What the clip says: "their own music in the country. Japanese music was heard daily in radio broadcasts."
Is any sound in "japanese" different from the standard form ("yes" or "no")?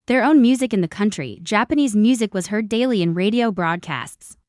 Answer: no